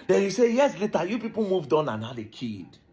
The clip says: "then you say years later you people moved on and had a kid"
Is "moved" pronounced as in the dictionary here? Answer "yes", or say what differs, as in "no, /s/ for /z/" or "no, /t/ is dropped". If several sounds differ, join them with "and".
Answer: yes